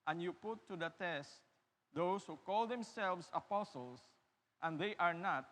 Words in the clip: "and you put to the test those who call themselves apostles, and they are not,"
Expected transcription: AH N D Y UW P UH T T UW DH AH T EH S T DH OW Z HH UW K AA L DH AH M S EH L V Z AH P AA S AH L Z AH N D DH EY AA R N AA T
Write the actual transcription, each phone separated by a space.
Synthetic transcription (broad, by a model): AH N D Y UW P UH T T UW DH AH T EH S T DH OW S HH UW K AA L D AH M S EH L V S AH P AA S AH L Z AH N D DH EY AA R N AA T